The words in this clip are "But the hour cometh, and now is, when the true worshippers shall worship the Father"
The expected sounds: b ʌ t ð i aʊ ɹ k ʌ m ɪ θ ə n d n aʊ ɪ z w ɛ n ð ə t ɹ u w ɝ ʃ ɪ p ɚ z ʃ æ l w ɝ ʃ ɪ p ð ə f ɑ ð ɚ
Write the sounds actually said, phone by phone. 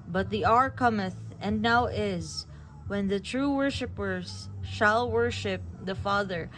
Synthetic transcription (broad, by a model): b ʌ t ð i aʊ ɹ k ʌ m ɪ θ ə n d n aʊ ɪ z w ɛ n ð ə t ɹ u w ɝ ʃ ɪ p ɚ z ʃ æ l w ɝ ʃ ɪ p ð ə f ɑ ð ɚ